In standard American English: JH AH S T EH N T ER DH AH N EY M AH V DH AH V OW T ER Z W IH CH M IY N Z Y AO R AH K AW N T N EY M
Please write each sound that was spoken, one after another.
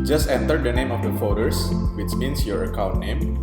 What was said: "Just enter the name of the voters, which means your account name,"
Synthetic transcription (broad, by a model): JH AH S T EH N T ER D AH N EY M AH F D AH F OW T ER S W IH CH M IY N S Y AO R AH K AW N T N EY M